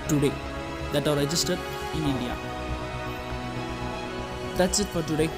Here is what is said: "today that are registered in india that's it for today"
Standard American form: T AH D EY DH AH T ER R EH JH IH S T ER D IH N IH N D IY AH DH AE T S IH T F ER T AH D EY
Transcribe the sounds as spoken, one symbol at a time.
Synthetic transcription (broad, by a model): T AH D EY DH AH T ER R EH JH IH S T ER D IH N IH N D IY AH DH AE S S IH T P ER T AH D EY